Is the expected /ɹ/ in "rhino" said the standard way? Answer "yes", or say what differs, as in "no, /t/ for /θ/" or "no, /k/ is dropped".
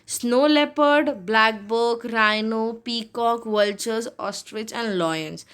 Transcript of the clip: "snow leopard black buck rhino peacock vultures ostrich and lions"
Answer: yes